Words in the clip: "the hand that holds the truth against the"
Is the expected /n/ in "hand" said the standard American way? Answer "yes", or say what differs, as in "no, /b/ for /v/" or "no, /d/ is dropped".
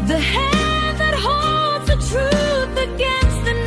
no, /n/ is dropped